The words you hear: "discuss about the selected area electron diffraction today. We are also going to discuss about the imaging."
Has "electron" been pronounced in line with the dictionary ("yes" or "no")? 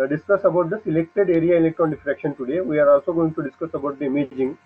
no